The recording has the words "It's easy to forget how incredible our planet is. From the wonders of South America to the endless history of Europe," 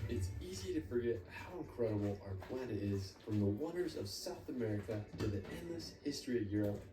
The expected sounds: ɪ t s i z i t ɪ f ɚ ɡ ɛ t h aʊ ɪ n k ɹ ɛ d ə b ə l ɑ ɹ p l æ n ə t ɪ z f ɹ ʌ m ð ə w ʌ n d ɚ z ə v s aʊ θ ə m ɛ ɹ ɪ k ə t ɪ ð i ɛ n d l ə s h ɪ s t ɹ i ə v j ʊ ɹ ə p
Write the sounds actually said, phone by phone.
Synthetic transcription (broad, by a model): ɪ t s i z i t ɪ f ɚ ɡ ɛ t h aʊ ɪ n k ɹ ɛ d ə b l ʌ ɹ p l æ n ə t ɪ z f ɹ ʌ m ð ə w ʌ n d ɚ z ə v s aʊ θ ə m ɛ ɹ ɪ k ə t ɪ ð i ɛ n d l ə s h ɪ s t ɹ i ə v j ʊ ɹ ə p